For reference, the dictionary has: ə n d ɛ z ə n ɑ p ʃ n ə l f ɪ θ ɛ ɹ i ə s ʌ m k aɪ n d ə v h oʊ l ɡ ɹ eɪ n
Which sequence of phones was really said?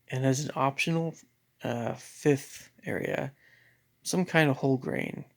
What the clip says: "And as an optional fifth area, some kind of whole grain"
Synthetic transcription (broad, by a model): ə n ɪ z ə n ɑ p ʃ n ə f ɪ θ ɛ ɹ i ə s ʌ m k aɪ n d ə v h oʊ l ɡ ɹ eɪ n